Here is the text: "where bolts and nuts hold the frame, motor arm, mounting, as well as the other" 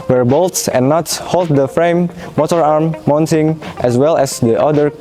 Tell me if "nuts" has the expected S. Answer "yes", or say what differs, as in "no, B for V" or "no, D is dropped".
no, S is dropped